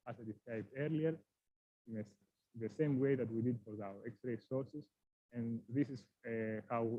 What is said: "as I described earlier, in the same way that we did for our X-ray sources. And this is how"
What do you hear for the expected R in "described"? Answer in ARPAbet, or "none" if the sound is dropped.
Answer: none